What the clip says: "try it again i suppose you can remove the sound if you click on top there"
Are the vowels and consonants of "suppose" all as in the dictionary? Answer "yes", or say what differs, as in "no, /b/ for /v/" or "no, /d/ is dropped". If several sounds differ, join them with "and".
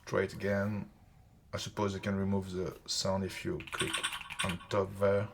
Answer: yes